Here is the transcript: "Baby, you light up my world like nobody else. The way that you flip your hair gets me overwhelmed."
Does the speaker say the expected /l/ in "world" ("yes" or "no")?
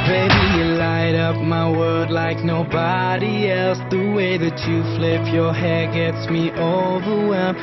no